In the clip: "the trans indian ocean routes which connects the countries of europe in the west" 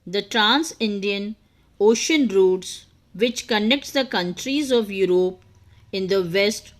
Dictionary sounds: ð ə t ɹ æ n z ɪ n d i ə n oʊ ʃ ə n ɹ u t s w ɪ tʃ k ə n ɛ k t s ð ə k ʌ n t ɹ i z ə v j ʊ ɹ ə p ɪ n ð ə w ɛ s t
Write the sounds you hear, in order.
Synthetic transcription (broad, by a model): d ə t ɹ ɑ n s ɪ n d i ə n oʊ ʃ ə n ɹ u t s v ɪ tʃ k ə n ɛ k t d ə k ʌ n t ɹ i z ə v j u ɹ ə p ɪ n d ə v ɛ s t